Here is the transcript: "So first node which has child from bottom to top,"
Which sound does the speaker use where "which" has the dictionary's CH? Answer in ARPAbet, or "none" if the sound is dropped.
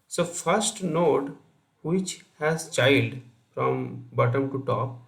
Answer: CH